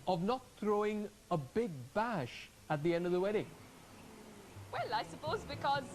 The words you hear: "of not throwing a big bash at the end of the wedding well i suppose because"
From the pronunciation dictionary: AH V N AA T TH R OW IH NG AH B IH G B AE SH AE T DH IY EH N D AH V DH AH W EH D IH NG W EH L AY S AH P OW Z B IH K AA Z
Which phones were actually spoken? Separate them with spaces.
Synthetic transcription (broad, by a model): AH V N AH T TH R OW IH NG AH B IH G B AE SH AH T DH IY EH N D AH V DH AH W EH D IH NG W EH L AY S AH P OW Z B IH K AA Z